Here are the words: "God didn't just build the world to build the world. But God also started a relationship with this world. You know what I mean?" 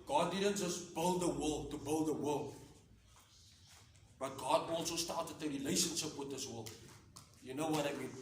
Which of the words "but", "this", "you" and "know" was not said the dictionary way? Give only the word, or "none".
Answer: none